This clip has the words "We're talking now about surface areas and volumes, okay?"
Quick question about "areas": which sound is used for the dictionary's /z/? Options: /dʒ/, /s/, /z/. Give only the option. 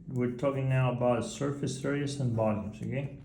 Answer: /s/